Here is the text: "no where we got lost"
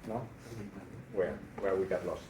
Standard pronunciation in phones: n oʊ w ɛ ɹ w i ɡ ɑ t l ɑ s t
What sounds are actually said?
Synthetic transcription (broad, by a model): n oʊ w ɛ w w i ɡ ɑ t l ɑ s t